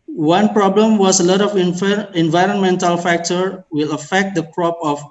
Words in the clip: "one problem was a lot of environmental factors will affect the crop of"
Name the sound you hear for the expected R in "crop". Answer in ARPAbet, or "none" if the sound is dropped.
R